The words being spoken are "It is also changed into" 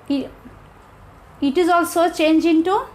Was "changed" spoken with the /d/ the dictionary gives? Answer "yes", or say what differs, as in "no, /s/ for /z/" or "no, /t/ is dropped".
no, /d/ is dropped